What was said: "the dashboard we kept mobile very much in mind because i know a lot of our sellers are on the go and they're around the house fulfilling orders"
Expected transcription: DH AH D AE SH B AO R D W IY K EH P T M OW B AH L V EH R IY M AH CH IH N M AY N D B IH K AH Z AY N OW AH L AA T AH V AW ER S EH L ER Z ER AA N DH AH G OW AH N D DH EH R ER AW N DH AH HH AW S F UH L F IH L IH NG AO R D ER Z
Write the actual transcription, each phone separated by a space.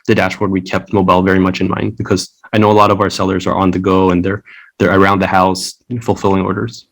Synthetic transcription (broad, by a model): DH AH D AE SH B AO R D W IY K EH P T M OW B AH L V EH R IY M AH CH IH N M AY N D B IH K AH Z AY N OW AH L AA T AH V AW ER S EH L ER Z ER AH N DH AH G OW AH N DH DH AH R ER AW N DH AH HH AW S F UH L F IH L IH NG AO R D ER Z